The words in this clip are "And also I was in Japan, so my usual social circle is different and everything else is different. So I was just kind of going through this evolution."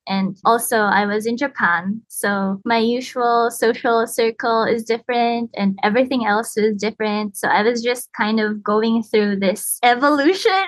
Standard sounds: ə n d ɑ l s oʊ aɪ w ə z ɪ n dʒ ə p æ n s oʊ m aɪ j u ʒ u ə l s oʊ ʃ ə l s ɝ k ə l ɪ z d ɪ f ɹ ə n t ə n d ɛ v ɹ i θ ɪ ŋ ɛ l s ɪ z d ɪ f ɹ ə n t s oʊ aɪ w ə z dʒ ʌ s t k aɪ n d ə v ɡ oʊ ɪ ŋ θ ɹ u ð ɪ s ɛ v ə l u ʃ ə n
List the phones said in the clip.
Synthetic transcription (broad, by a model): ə n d ɑ l s oʊ aɪ w ə z ɪ n dʒ ə p æ n s oʊ m aɪ j u ʒ u ə l s oʊ ʃ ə l s ɝ k ə l ɪ z d ɪ f ɹ ə n t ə n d ɛ v ɹ i θ ɪ ŋ ɛ l s ɪ z d ɪ f ɹ ə n t s oʊ aɪ w ə z dʒ ʌ s t k aɪ n d ə v ɡ oʊ ɪ ŋ θ ɹ u ð ɪ s ɛ v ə l u ʃ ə n